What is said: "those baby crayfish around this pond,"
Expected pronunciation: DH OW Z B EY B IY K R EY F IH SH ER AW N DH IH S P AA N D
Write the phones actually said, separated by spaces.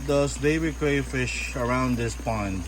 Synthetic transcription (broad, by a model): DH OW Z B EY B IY K R EY F IH SH ER AW N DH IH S P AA N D